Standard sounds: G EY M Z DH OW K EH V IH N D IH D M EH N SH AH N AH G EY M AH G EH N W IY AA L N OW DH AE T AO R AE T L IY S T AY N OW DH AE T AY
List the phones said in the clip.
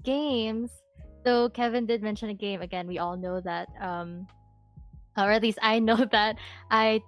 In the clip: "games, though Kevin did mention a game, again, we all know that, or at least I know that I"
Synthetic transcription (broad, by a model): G EY M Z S OW K EH V IH N D IH D M EH N SH AH N AH G EY M AH G EH N W IY AA L N OW DH AE T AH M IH T L IY S T AY N OW DH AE T AY